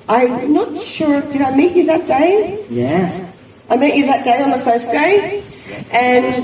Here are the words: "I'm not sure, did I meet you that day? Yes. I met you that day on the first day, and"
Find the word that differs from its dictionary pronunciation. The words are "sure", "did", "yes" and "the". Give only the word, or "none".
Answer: yes